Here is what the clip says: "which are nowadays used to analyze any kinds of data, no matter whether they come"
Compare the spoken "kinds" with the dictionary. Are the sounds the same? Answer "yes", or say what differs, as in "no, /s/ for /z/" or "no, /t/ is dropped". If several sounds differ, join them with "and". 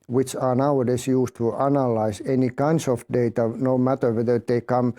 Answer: no, /s/ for /z/